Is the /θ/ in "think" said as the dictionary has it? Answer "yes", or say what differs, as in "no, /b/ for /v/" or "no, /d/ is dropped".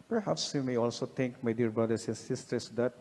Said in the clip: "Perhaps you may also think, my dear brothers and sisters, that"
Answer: no, /t/ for /θ/